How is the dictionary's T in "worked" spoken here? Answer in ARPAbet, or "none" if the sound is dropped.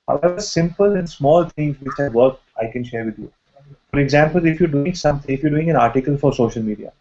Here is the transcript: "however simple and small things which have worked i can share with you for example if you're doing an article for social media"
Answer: none